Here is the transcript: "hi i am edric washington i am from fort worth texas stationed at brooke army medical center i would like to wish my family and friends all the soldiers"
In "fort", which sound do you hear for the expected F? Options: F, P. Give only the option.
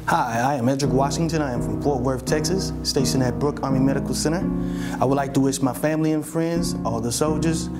P